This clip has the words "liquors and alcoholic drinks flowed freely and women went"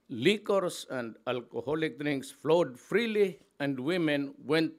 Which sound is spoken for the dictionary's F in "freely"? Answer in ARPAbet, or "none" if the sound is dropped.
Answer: F